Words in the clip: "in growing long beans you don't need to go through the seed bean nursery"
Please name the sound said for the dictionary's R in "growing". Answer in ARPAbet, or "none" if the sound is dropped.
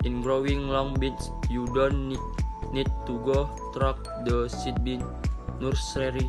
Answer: R